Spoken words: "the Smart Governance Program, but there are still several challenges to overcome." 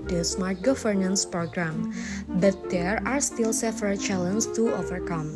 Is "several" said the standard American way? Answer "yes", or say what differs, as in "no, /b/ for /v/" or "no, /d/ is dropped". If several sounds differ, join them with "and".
no, /f/ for /v/